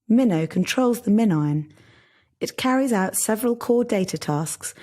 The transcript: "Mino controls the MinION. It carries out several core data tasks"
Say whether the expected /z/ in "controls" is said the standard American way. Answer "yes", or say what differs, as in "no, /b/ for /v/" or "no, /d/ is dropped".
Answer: yes